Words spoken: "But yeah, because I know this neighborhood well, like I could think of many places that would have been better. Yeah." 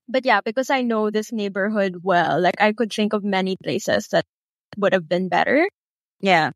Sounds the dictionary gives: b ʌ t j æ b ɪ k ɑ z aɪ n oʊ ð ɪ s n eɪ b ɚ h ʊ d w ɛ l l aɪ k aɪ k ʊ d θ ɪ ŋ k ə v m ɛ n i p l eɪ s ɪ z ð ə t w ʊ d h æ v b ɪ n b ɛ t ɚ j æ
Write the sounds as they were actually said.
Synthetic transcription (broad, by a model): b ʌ t j æ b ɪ k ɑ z aɪ n oʊ ð ɪ s n eɪ b ɚ h ʊ d w ɛ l l aɪ k aɪ k ʊ d θ ɪ ŋ k ə v m ɛ n i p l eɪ s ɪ s ð ə t w ʊ d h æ v b ɪ n b ɛ t ɚ j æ